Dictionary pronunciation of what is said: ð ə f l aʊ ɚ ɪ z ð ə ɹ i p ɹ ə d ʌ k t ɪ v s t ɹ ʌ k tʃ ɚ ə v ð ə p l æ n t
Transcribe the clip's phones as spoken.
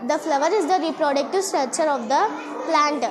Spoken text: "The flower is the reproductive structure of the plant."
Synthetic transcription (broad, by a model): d ə f l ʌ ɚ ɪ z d ə ɹ i p ɹ ə d ʌ k t ɪ v s t ʌ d tʃ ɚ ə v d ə p l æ n t